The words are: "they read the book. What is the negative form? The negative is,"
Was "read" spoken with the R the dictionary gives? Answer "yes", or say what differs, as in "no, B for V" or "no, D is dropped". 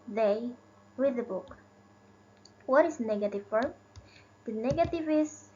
no, W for R